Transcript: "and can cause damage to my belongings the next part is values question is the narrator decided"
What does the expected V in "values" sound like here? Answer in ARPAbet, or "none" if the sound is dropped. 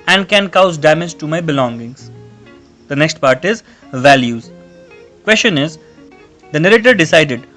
V